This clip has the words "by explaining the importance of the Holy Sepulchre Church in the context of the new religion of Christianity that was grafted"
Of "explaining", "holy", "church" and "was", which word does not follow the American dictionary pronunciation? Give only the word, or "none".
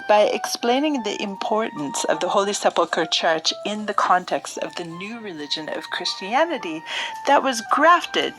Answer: none